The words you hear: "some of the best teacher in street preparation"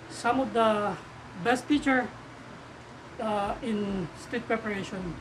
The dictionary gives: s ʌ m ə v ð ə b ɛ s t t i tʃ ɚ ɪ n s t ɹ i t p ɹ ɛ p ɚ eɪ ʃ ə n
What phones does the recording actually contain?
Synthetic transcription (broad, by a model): s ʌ m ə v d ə b ɛ s t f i tʃ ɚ ɪ n s t i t p ɹ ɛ p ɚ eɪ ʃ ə n